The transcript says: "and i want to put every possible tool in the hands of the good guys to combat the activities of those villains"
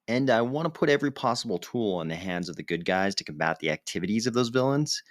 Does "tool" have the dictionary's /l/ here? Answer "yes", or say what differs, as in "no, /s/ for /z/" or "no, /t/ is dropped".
yes